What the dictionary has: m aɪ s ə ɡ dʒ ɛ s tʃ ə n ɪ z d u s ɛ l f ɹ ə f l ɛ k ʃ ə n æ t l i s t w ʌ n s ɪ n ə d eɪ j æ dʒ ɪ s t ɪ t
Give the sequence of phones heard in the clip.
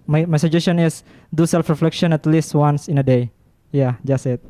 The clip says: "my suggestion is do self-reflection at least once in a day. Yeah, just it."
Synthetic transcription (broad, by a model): m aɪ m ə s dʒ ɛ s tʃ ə n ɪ s d u s ɛ l f ɹ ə f l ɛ k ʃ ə n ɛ t l i s t w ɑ n s ɪ n ə d eɪ j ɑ dʒ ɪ s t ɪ t